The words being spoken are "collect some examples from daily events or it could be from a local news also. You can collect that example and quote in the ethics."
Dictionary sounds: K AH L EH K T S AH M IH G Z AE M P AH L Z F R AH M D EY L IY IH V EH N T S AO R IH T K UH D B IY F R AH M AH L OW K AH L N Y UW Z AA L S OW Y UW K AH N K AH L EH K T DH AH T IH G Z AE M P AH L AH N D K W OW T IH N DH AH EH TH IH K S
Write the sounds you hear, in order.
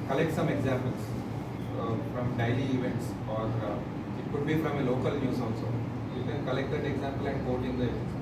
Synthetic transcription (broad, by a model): K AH L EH K T S AH M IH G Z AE M P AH L S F R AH M D EY L IY IH V EH N T S AO R IH T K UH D B IY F R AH M AH L OW K AH L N Y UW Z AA N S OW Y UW K AH N K AH L EH K T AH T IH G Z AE M P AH L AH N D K OW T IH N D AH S